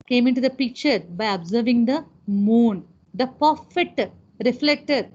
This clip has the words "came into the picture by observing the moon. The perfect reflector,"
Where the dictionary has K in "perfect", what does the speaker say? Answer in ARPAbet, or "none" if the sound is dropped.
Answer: none